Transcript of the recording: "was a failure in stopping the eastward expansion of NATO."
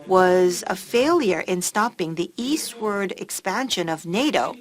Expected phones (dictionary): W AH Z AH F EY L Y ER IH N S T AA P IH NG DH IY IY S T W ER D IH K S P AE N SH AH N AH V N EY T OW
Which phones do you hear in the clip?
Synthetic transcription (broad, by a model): W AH Z AH F EY L Y ER IH N S T AA P IH NG DH IY IY S T W ER D IH K S P AE N SH AH N AH V N EY T OW